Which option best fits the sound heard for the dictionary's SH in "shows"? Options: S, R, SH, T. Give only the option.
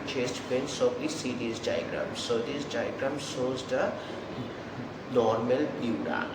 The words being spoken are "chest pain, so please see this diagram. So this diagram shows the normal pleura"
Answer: S